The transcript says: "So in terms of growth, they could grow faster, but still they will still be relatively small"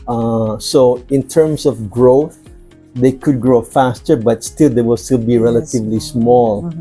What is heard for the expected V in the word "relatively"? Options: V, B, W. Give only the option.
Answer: V